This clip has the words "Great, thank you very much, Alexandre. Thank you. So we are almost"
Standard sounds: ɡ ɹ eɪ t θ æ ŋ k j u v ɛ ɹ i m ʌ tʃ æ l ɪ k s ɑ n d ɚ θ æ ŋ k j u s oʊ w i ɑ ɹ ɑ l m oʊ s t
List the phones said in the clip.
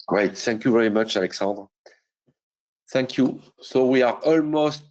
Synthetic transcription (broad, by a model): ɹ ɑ t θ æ ŋ k j u v ɛ ɹ i m ʌ tʃ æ l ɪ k s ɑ n d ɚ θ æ ŋ k j u s oʊ w i ɑ ɹ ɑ l m oʊ s t